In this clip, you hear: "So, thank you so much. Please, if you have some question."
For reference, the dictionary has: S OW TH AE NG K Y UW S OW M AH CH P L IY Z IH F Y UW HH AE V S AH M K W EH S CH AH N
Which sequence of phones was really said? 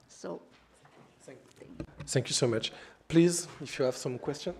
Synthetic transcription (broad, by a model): S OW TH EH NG K Y UW S OW M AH CH P L IY Z IH F Y UW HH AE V S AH M K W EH S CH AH N